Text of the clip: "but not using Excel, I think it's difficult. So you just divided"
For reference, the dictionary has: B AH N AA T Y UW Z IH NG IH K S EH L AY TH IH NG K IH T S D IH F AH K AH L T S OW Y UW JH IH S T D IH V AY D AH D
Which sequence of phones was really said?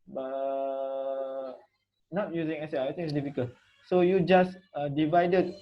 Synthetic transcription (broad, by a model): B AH N AA T Y UW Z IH NG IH S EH AY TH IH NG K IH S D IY F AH K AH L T S OW Y UW JH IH S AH D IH V AY D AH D